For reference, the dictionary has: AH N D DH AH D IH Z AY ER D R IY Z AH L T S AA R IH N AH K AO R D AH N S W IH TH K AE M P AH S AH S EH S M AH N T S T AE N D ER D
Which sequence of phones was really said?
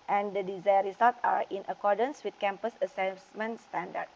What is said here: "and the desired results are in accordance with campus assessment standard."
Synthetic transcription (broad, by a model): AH N D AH D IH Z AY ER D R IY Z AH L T AA R IH N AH K AO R D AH N S W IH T K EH M P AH S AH S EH S M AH N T S T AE N D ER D